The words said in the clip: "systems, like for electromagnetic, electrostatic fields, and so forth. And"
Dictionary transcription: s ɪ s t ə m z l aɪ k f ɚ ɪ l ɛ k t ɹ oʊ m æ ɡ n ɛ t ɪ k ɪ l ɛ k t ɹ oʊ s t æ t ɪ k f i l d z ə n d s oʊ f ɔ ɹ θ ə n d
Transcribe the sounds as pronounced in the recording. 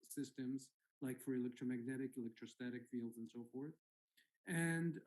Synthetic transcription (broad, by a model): s ɪ s t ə m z l aɪ k f ɚ ɪ l ɛ k t ɹ oʊ m æ ɡ n ɛ t ɪ k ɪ l ɛ k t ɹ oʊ s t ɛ t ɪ k f i l d z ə n s oʊ f ɔ ɹ θ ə n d